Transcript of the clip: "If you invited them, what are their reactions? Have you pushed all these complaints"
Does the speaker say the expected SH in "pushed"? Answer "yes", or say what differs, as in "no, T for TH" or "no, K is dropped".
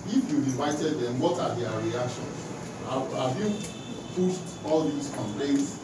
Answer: no, S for SH